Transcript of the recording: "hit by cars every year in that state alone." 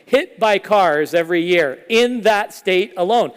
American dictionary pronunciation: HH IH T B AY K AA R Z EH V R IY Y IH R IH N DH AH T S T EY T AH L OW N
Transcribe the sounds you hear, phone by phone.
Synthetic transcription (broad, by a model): HH IH T B AY K AA R Z EH V R IY Y IH R IH N DH AH T S T EY T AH L OW N